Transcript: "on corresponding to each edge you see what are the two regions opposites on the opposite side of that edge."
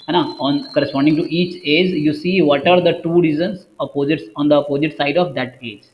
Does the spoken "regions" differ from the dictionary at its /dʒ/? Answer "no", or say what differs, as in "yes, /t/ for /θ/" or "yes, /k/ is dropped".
yes, /z/ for /dʒ/